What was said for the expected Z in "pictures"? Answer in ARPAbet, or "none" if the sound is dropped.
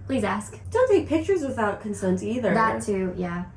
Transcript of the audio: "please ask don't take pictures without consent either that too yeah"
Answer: Z